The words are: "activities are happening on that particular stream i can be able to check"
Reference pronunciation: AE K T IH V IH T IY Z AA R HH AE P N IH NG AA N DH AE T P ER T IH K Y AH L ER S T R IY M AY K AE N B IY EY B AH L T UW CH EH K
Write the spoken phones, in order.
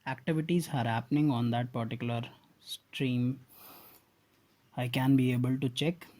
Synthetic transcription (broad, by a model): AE K T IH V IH T IY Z AA R HH AE P N IH NG AA N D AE T P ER T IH K Y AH L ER S T R IY M AY K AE N B IY EY B AH L T UW CH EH K